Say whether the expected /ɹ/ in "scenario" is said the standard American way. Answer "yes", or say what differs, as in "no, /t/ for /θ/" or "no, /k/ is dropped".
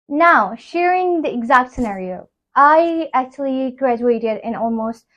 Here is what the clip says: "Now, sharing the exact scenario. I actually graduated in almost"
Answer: yes